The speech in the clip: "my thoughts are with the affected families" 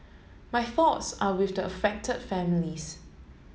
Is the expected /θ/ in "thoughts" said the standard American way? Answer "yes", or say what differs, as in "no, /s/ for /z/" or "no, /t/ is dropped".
yes